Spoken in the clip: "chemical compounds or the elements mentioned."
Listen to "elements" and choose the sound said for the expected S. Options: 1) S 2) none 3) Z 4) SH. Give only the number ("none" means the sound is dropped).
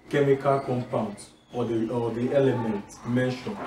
2